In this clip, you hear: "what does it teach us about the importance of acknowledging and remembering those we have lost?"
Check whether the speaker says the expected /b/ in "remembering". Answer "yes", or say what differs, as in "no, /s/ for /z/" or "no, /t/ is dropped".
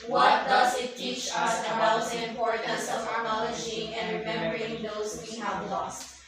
no, /b/ is dropped